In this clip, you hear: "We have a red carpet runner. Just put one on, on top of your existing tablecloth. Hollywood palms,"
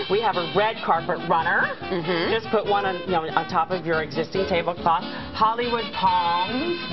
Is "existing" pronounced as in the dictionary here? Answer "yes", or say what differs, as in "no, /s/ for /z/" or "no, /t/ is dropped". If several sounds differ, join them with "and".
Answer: yes